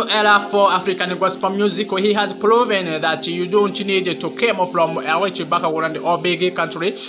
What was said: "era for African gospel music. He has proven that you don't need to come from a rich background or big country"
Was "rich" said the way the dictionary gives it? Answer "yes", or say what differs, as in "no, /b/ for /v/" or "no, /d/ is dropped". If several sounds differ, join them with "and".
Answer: no, /w/ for /ɹ/